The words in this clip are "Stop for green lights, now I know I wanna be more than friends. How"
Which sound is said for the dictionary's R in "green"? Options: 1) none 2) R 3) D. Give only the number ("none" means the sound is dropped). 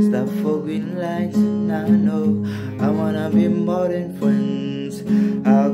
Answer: 1